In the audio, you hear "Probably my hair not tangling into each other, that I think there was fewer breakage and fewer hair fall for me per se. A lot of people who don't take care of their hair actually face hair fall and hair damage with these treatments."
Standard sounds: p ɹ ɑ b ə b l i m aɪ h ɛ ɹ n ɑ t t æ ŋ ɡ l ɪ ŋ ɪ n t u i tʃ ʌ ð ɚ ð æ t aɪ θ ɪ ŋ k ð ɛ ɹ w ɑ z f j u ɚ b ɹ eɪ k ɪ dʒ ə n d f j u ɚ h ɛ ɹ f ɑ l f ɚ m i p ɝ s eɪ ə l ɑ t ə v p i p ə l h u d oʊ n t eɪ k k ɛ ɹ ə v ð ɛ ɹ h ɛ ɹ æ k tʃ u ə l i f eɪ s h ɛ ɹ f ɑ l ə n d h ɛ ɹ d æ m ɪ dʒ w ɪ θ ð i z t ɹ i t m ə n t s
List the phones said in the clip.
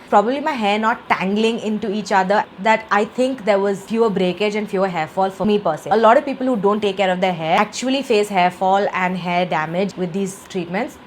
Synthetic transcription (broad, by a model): p ɹ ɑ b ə b l i m aɪ h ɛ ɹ n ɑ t t æ ŋ ɡ l ɪ ŋ ɪ n t u i tʃ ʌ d ɚ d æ t aɪ t ɪ ŋ k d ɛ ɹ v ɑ z f j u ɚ b ɹ eɪ k ɪ dʒ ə n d f j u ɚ h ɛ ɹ f ɑ l f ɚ m i p ɝ s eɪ ə l ɑ t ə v p i p ə l h u d oʊ n t eɪ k k ɛ ɹ ə v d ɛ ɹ h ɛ æ k tʃ u ə l i f eɪ s h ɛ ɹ f ɑ l ə n d h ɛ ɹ d æ m ɪ dʒ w ɪ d i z t ɹ i t m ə n t s